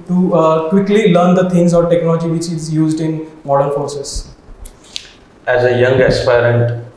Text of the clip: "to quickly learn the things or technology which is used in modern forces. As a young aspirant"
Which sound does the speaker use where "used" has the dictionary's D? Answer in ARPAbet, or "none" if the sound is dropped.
D